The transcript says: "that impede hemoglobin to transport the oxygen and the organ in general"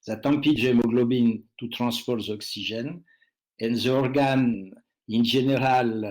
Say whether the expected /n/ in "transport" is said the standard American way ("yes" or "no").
no